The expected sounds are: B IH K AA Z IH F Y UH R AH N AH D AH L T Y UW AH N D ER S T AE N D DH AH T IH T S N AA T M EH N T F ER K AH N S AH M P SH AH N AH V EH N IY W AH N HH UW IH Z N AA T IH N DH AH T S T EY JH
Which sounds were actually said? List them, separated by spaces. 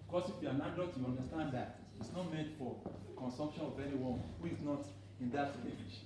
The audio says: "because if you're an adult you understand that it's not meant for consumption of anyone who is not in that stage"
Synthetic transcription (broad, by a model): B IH K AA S IH F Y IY AH N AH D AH T Y UW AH N D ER S T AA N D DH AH T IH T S N AA T M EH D F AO K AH N S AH M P SH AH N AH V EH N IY W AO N HH UW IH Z N AA T IH N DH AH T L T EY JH